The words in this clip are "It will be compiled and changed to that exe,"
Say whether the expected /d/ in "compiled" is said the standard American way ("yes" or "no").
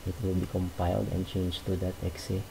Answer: yes